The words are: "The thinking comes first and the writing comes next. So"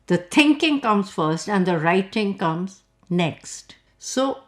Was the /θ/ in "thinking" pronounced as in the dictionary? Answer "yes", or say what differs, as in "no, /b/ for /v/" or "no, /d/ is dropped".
no, /t/ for /θ/